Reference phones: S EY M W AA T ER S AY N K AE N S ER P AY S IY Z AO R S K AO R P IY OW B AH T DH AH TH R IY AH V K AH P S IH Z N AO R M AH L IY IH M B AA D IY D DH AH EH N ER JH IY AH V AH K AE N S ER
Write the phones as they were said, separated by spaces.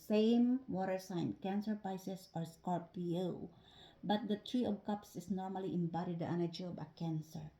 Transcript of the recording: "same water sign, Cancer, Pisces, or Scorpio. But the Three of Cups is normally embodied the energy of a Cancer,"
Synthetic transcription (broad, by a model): S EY M W AA T ER S AY N K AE N S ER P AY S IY S AO R S K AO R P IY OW B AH T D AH T R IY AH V K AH P S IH S N AO R M AH L IY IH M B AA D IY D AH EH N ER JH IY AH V AH K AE N S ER